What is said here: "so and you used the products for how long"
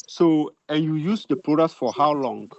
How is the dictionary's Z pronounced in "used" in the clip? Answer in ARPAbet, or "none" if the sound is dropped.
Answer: S